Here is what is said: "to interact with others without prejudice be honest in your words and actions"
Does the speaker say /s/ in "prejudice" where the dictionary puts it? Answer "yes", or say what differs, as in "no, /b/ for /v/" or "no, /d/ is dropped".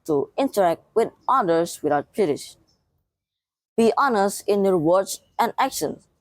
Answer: no, /ʃ/ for /s/